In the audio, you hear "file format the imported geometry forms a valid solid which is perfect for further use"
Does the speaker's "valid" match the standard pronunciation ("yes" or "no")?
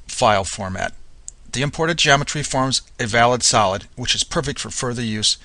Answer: yes